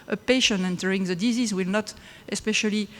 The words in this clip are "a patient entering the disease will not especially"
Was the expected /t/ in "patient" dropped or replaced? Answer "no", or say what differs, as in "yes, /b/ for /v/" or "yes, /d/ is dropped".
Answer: yes, /t/ is dropped